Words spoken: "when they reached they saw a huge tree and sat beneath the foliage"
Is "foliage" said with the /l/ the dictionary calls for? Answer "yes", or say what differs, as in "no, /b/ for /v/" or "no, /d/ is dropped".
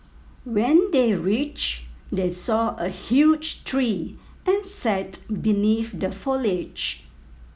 yes